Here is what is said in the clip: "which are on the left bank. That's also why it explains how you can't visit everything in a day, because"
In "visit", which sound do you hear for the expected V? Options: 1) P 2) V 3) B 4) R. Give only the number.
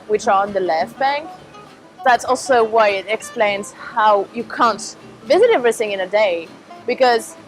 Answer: 2